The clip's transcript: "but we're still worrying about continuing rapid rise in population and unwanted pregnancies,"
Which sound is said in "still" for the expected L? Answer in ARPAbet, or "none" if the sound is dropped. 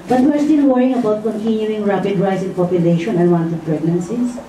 N